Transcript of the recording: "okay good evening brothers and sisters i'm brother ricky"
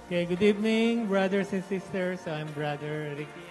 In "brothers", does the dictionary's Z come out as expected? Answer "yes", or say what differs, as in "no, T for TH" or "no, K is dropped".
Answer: no, S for Z